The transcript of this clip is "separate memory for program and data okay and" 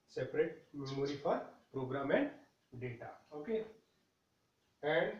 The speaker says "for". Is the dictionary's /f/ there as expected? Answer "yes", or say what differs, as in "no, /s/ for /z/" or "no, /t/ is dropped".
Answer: no, /p/ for /f/